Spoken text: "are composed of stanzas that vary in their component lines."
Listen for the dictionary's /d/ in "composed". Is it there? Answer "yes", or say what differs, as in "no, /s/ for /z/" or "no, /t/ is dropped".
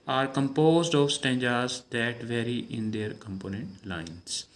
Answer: yes